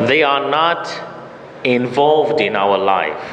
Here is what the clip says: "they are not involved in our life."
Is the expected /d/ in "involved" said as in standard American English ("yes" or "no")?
yes